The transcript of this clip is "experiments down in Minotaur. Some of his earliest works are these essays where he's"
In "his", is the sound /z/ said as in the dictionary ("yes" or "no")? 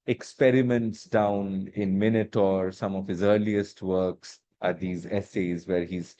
yes